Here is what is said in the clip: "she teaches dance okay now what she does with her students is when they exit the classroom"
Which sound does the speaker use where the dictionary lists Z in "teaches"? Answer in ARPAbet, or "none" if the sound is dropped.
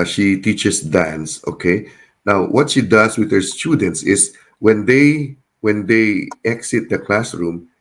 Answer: S